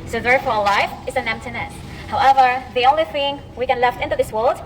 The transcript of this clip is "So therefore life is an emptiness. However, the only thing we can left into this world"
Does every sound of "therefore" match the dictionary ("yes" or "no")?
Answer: yes